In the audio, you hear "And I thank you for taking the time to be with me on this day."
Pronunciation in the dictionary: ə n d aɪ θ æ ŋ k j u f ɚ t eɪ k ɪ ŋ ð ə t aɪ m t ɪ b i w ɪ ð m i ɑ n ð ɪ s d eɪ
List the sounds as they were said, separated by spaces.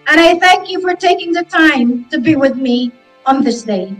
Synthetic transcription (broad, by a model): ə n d aɪ θ æ ŋ k j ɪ f ɚ t eɪ k ɪ ŋ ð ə t aɪ m t ɪ b i w ɪ ð m i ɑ n ð ɪ s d eɪ